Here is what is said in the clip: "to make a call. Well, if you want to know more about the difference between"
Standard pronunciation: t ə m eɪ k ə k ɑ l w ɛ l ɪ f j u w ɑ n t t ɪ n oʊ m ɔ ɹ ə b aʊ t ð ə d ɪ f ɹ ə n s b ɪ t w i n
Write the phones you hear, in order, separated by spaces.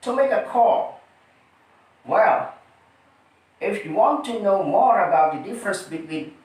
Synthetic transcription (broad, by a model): t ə m eɪ k ə k ɑ l w ɛ l ɪ f j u w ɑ n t t ɪ n oʊ m ɔ ɹ ə b aʊ t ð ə d ɪ f ɹ ə n s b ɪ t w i